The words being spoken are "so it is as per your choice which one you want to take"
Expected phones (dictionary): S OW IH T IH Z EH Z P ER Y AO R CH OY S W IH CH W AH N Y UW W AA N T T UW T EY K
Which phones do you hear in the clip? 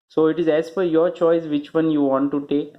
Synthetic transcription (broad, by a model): S OW IH T IH Z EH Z F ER Y AO R CH OY S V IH CH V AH N Y UW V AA N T T UW T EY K